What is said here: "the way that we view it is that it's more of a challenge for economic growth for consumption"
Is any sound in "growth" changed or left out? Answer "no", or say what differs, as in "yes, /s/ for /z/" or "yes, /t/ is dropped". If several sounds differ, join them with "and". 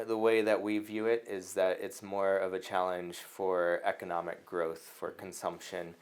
no